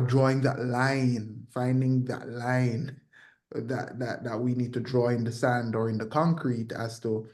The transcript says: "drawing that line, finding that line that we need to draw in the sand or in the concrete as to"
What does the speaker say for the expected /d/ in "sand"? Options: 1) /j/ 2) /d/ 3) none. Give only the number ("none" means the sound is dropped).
2